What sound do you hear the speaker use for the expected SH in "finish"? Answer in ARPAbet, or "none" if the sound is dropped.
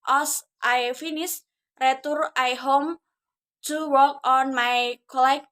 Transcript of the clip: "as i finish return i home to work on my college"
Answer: S